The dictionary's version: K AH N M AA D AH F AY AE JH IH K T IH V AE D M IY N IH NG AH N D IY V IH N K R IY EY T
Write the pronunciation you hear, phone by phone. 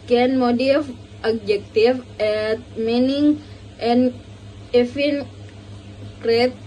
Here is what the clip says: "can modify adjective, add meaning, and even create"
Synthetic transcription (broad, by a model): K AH N M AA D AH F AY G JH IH K T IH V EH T M IY N IH NG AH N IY F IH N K R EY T